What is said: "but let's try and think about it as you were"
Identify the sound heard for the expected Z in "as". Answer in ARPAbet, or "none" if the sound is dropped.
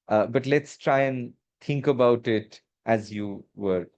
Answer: Z